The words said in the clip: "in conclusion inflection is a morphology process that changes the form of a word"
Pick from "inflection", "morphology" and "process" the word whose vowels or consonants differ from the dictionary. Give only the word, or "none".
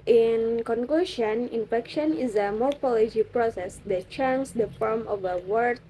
inflection